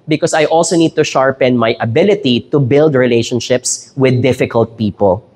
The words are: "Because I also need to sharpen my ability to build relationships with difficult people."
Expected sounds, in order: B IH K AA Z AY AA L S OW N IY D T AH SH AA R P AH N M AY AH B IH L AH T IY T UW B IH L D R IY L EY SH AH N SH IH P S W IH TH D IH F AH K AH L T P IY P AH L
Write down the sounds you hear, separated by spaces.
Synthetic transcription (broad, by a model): B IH K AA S AY AA L S OW N IY D T AH SH AA R P AH N M AY AH B IH L AH T IY T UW B IH L D R IY L EY SH AH N SH IH P S W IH D IH F AH K AH L T P IY P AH L